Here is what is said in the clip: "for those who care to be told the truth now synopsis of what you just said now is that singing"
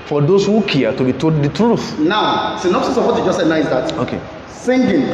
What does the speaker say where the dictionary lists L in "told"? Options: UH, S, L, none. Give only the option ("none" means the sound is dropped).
none